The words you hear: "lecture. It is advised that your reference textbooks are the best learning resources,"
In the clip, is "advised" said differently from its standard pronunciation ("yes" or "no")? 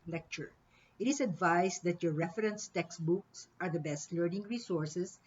yes